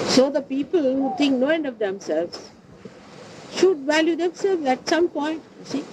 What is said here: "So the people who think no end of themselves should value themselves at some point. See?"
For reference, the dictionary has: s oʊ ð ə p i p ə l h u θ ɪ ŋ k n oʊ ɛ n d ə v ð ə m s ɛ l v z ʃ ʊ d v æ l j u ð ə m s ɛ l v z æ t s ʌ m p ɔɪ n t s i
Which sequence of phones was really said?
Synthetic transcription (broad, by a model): s oʊ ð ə p i p ə l h u t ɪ ŋ k n oʊ ɛ n d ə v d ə m s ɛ l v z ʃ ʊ d v æ l j u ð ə m s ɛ l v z æ t s ʌ m p ɔɪ n t s i